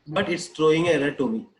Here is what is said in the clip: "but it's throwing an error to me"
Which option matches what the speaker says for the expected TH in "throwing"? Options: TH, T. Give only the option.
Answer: T